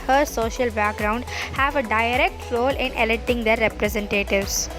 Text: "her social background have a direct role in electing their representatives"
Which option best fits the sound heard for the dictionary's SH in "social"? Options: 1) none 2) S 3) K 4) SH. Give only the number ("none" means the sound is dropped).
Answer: 4